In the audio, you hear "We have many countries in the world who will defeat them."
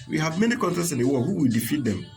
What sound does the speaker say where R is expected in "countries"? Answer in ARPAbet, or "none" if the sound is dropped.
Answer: none